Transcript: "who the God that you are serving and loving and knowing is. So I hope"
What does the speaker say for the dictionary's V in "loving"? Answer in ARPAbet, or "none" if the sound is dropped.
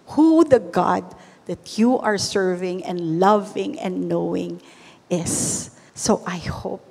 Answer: V